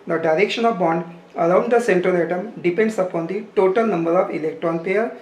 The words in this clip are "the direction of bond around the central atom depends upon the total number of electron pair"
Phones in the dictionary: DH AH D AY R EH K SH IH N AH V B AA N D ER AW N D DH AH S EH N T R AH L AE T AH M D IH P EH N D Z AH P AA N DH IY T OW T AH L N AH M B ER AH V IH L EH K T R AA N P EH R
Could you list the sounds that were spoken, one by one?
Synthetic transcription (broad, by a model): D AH D AY R EH K SH IH N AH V B AA N D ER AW N D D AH S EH N T R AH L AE T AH M D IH P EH N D S AH P AA N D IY T OW T AH L N AH M B ER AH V IH L EH K T R AA N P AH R